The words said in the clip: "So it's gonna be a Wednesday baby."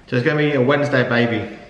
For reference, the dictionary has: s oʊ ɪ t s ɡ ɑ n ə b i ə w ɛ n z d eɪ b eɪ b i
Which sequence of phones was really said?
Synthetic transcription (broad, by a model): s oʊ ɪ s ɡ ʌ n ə b i ə w ɛ n z d eɪ b eɪ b i